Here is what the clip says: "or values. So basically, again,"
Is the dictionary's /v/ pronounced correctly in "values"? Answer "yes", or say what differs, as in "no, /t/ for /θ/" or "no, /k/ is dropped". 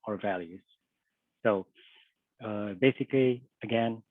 yes